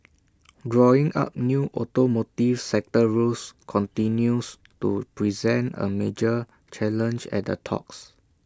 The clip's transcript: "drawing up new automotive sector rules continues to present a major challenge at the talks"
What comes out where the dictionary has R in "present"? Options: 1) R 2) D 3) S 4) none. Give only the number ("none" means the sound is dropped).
1